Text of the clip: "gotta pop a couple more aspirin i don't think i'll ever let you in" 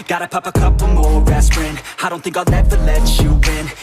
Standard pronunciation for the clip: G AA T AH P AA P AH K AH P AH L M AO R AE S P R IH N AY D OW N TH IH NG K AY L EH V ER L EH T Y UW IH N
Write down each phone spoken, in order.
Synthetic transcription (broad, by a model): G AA T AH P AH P AH K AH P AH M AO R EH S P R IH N AY D OW N TH IH NG K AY N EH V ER L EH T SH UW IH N